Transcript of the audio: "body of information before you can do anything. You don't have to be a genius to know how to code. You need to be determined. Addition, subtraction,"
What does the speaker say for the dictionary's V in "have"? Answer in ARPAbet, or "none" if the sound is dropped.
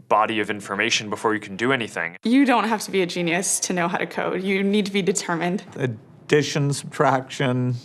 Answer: F